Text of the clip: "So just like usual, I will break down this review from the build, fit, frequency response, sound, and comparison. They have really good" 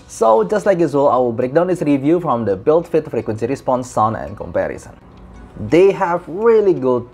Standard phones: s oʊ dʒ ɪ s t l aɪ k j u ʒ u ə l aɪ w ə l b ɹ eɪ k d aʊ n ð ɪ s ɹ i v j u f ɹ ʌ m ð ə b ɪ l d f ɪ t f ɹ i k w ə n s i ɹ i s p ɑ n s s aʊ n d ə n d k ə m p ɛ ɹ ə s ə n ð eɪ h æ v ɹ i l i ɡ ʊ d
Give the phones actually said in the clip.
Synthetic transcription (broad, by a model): s oʊ dʒ ɪ s t l aɪ k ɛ s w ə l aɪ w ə b ɹ eɪ k d aʊ n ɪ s ɹ i v j u f ɹ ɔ m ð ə b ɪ l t f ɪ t f ɹ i k w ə n s i ɹ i s p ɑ n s s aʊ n ə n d k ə m p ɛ ɹ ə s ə n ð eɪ h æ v ɹ i l i ɡ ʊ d